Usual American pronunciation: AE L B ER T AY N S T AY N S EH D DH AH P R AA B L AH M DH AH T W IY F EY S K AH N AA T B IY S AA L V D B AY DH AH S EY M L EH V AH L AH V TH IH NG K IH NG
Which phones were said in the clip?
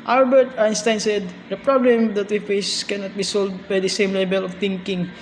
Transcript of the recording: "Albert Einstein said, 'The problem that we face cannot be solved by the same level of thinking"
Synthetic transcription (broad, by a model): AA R B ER T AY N S T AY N S EH D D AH P R AA B L AH M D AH T W IY F EY S K AH N AA T B IY S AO L D B AY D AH S EY M L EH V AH L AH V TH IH NG K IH NG